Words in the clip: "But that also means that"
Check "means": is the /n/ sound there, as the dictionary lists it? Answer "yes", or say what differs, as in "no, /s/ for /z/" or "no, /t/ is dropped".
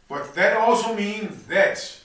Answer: yes